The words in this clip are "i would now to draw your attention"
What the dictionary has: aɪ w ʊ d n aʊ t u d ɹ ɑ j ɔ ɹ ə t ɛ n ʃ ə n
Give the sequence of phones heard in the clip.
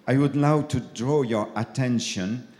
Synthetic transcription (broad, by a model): aɪ w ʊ d l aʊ t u d ɹ ɑ j ɔ ɹ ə t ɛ n ʃ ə n